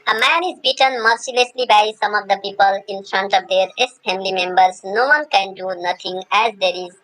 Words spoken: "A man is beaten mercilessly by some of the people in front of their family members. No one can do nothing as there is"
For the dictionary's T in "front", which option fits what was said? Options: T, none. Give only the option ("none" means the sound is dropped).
T